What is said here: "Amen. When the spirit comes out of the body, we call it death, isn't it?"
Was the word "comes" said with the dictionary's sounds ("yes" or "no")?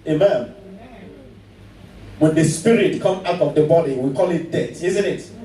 no